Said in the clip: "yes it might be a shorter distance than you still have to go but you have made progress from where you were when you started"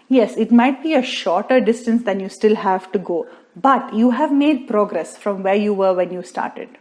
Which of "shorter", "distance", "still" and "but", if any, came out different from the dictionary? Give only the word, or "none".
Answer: none